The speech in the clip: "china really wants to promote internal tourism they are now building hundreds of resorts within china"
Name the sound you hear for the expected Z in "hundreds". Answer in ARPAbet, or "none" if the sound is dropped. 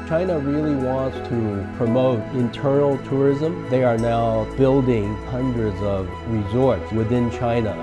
Z